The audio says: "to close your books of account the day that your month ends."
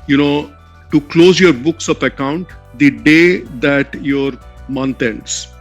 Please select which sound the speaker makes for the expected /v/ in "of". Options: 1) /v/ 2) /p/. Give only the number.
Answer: 2